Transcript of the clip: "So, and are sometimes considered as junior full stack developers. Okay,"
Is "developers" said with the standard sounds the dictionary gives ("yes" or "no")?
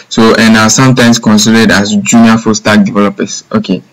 no